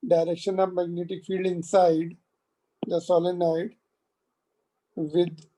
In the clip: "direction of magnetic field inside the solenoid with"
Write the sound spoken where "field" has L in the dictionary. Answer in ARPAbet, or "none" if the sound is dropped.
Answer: L